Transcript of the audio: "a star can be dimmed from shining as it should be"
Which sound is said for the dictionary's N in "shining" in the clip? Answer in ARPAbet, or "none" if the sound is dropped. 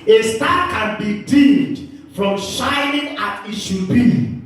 N